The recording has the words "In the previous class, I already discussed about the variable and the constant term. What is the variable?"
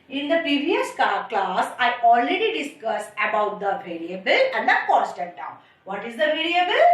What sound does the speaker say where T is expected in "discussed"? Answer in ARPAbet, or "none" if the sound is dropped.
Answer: none